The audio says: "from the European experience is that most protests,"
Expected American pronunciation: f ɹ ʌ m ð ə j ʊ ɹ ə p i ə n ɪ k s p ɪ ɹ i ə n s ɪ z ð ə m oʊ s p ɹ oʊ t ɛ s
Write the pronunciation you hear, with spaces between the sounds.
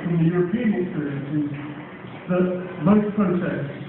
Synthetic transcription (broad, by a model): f ɹ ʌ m ð ə j ʊ ɹ ə p i ə n ɪ k s p ɪ ɹ i ə n s ɪ z ð ə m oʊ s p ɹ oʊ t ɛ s